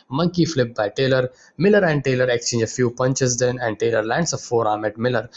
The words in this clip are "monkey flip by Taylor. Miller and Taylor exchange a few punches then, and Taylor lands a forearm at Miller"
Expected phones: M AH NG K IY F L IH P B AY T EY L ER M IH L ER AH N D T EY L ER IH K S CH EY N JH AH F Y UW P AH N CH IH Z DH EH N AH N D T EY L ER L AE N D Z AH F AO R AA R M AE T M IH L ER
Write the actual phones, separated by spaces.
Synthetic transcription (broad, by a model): M AH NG K IY F L IH P B AY T EY L ER M IH L ER AH N D T EY L ER IH K S CH EY N JH AH F Y UW P AH N CH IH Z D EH N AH N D T EY L ER L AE N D S AH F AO R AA M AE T M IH L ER